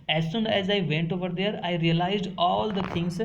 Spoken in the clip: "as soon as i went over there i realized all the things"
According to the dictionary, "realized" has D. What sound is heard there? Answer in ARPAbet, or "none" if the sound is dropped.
D